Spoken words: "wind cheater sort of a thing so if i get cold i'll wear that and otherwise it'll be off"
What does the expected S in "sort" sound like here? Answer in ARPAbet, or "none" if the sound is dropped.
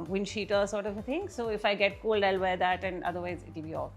S